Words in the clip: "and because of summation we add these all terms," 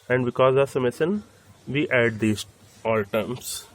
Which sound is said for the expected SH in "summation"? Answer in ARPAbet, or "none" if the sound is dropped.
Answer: S